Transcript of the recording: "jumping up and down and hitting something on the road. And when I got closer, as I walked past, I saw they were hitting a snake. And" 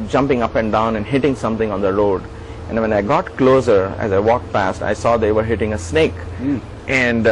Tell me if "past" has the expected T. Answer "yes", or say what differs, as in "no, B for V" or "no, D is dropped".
yes